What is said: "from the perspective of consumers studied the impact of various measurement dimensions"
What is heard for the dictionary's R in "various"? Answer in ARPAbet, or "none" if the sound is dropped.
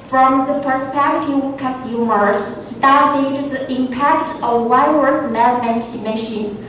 none